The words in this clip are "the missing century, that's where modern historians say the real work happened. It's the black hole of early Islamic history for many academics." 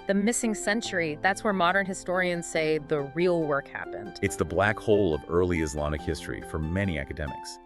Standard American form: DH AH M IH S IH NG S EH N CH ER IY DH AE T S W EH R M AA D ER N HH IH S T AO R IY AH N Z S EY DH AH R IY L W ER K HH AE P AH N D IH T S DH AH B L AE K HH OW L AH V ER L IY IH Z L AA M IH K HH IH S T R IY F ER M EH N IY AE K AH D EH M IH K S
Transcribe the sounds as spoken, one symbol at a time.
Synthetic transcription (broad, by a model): DH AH M IH S IH NG S EH N CH ER IY DH AE T S W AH R M AA D ER N HH IH S T AO R IY AH N Z S EY DH AH R IY L W ER K HH AE P AH N D IH T S DH AH B L AE K HH OW L AH V ER L IY IH Z L AA M IH K HH IH S T R IY F ER M EH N IY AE K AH D EH M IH K S